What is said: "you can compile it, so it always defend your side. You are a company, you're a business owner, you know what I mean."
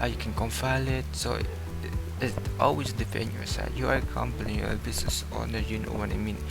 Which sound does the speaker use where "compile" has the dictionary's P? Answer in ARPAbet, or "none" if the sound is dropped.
F